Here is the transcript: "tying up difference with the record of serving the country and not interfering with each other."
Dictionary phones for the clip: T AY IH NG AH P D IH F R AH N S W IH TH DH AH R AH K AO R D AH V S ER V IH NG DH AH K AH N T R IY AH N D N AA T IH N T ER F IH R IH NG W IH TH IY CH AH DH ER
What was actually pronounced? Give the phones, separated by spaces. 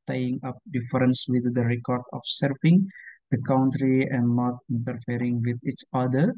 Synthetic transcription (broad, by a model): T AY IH NG AH P D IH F R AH N S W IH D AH R AH K AO R D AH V S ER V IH NG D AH K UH N T R IY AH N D N AA T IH N T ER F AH R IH NG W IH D IY CH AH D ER